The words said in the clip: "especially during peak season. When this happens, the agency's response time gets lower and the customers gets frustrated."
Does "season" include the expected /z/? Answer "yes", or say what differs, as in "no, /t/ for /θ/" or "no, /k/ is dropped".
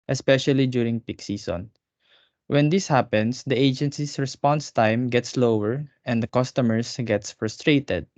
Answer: no, /s/ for /z/